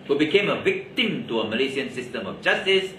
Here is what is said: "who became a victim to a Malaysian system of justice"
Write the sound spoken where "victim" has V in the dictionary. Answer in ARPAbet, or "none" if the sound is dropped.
V